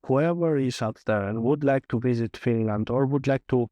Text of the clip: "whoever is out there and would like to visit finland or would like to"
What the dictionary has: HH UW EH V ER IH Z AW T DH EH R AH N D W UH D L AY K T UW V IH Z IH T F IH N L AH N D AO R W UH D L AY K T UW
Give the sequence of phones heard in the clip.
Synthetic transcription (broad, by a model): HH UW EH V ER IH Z AW T DH EH R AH N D W UH D L AY K T UW V IH Z IH T F IH N L AH N D AO R W UH D L AY K T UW